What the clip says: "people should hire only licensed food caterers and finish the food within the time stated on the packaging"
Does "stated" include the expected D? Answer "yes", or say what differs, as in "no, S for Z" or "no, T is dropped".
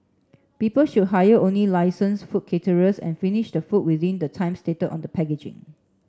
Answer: no, D is dropped